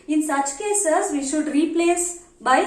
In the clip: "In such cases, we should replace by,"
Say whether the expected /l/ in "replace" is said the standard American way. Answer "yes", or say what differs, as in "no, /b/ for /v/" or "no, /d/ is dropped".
yes